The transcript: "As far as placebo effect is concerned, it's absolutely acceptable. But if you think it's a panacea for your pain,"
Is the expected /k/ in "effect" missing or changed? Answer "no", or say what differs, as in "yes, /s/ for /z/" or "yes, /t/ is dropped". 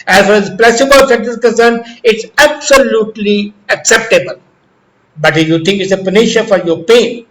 yes, /k/ is dropped